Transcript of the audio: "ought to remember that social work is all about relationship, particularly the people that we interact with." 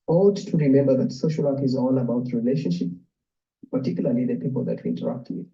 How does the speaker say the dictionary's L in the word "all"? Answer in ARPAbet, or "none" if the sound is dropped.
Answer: N